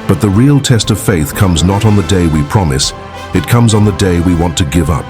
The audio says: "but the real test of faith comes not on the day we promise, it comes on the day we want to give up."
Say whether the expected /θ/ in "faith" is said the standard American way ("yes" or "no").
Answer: yes